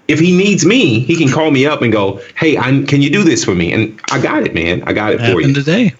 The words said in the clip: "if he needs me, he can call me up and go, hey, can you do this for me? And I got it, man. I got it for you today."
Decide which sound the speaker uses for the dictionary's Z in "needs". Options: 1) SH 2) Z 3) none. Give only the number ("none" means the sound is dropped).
2